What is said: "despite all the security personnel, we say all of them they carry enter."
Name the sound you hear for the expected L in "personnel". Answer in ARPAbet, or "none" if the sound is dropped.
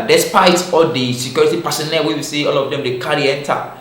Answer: W